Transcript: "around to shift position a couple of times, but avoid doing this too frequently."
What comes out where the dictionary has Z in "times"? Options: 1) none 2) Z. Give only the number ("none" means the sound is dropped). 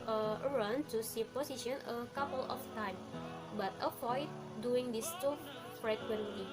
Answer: 1